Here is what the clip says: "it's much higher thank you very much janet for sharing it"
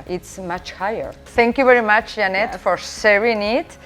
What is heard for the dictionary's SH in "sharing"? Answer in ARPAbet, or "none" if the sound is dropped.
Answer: S